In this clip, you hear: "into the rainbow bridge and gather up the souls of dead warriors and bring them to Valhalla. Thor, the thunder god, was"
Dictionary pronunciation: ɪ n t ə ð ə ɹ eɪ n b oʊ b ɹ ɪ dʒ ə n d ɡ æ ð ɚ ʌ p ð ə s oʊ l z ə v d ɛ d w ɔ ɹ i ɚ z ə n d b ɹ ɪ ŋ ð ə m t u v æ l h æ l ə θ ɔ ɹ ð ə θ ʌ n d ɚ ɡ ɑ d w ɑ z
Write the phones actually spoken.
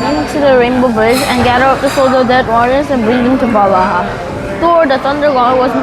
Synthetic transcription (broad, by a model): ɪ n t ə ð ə ɹ eɪ n b oʊ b ɪ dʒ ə n ɡ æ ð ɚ ʌ p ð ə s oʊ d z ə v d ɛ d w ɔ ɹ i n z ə n b ɹ ɪ ŋ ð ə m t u b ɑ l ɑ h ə t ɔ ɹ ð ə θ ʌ n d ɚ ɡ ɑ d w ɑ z